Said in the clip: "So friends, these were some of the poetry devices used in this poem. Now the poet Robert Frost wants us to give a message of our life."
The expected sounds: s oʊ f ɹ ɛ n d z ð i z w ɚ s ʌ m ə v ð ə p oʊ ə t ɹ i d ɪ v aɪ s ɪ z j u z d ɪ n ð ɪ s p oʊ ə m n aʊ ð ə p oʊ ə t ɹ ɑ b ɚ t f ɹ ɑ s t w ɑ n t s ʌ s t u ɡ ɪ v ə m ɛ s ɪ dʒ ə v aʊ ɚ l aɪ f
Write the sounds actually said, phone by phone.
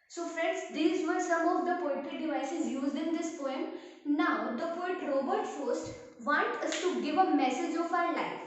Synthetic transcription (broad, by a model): s oʊ f ɹ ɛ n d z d i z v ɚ s ʌ m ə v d ə p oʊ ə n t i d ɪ v aɪ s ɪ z j u z d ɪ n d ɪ s p oʊ ə m n aʊ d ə p oʊ ə t ɹ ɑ b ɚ t f ɑ s t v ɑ n t ʌ s t u ɡ ɪ v ə m ɛ s ɪ dʒ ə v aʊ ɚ l aɪ f